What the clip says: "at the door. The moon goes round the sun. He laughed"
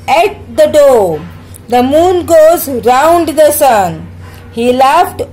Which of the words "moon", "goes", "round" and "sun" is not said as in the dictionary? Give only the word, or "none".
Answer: none